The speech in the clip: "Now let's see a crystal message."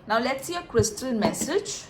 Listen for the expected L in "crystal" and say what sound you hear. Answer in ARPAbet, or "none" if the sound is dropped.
N